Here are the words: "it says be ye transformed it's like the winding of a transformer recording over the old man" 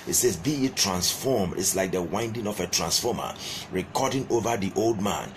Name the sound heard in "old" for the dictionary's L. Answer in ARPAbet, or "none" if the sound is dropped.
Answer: L